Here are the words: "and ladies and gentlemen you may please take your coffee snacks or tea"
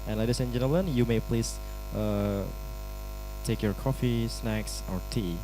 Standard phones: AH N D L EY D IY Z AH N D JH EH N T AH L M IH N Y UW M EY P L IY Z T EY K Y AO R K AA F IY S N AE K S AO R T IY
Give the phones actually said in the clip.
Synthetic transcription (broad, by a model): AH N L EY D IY S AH N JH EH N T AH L IH N Y UW M EY P L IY S T EY K Y AO R K AA F IY S N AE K S AO R T IY